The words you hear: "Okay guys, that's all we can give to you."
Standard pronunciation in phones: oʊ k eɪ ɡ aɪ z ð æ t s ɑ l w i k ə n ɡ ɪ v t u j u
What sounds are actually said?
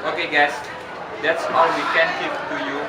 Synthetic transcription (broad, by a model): oʊ k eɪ ɡ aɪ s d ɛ t s ɑ w w i k ə n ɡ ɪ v t u j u